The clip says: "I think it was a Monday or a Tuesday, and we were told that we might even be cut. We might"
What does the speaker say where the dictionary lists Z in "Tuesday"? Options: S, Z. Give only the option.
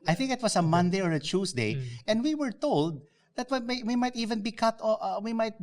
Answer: S